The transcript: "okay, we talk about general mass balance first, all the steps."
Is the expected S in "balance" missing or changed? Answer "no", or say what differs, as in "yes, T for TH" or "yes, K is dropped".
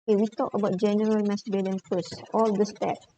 yes, S is dropped